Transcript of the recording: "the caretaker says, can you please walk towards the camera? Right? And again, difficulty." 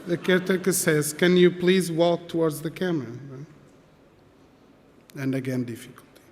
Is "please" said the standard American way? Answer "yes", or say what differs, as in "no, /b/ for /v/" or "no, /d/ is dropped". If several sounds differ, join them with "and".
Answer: yes